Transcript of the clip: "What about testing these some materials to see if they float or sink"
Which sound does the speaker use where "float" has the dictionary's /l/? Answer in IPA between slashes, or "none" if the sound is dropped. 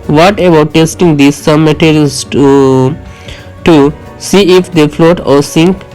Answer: /l/